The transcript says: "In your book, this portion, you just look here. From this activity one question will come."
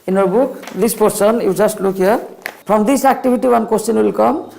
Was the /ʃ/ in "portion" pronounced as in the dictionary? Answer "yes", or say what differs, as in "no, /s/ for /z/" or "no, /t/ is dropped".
no, /s/ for /ʃ/